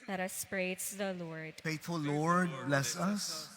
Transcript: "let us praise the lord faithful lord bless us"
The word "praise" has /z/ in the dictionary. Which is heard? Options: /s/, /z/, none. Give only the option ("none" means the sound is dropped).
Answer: /s/